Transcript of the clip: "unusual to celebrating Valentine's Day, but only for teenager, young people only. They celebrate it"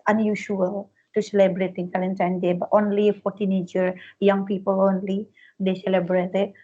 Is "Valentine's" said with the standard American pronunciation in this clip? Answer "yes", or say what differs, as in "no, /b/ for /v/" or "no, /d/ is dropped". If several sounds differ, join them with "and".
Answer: no, /z/ is dropped